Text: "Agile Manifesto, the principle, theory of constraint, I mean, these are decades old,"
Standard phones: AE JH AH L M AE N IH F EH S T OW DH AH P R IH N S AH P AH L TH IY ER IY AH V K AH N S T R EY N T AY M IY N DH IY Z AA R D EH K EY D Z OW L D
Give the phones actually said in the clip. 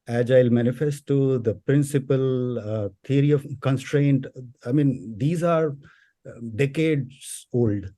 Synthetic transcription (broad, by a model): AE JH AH L M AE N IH F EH S T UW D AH P R IH N S AH P AH L T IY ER IY AH V K AH N S T R EY N T AY M IY N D IY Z AA R D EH K EY D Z OW L D